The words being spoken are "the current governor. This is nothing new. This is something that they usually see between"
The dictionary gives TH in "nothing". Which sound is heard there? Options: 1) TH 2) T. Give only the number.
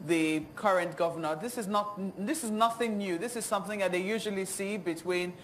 1